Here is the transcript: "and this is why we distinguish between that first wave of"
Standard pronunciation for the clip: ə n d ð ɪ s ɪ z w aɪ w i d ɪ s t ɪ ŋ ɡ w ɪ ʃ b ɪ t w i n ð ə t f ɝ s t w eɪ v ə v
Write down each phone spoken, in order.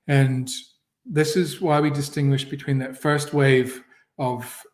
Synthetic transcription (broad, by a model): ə n ð ɪ s ɪ z w aɪ w i d ɪ s t ɪ ŋ ɡ w ɪ ʃ b ɪ t w i n ð ə t f ɝ s t w eɪ v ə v